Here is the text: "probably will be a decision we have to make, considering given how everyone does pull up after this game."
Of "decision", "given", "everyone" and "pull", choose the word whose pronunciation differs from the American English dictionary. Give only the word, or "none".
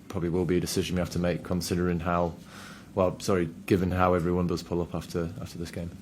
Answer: none